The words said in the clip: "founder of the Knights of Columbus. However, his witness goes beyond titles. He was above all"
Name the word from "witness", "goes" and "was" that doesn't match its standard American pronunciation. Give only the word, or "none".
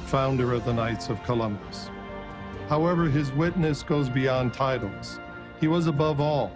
none